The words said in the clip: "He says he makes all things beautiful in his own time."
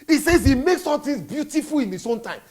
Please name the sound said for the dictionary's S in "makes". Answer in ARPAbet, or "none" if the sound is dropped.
S